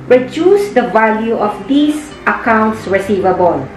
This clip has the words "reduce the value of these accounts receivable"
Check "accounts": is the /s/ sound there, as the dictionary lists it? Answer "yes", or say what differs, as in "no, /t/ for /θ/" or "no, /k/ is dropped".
yes